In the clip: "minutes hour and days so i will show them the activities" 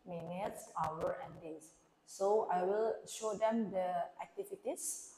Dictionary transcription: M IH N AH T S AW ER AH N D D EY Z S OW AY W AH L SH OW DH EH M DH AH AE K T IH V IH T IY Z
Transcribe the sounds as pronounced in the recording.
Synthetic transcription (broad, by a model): M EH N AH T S AW ER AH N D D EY S OW AY W AH L SH OW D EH M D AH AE K T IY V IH T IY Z